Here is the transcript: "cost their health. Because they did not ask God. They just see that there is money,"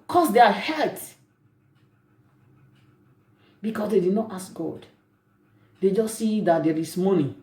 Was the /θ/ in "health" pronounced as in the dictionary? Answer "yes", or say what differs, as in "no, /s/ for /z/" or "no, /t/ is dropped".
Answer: no, /t/ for /θ/